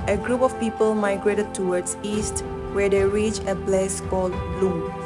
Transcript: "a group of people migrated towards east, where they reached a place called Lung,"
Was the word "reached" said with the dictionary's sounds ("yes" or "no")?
no